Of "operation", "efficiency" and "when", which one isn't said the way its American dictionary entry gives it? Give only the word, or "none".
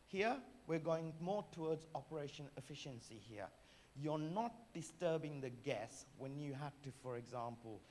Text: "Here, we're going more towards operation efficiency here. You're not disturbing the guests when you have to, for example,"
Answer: none